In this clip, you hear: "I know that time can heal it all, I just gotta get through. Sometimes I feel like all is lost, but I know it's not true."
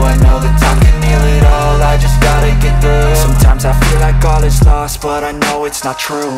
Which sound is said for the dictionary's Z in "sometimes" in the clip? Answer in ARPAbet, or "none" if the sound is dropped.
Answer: Z